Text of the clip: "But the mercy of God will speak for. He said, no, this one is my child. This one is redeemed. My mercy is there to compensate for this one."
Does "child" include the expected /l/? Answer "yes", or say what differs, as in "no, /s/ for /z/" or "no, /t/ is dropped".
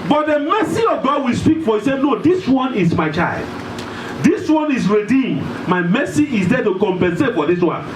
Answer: yes